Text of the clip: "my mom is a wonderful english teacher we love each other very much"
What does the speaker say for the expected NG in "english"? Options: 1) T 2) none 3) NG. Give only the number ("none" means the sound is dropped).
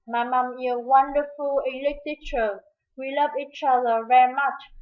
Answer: 2